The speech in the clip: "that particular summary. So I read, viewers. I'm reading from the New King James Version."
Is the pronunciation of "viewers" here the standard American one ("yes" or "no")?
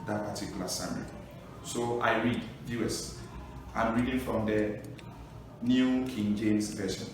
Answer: no